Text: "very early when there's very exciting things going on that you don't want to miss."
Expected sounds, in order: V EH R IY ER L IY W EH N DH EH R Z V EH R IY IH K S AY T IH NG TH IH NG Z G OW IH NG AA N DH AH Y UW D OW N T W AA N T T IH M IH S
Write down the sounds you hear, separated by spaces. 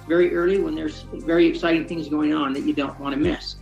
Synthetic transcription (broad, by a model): V EH R IY ER L IY W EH N DH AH R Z V EH R IY IH K S AY T IH NG TH IH NG Z G OW IH NG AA N DH AH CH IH D OW N T W AA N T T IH M IH S